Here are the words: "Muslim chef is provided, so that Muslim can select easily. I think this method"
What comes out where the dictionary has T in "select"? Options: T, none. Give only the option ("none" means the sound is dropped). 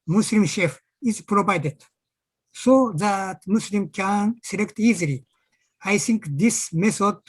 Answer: T